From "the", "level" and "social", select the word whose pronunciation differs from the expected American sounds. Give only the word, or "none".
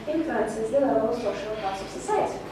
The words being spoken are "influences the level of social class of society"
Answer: level